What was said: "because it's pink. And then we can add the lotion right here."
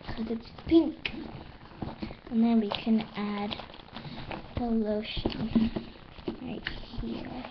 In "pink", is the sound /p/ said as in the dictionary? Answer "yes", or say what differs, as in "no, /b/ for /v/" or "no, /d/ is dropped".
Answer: yes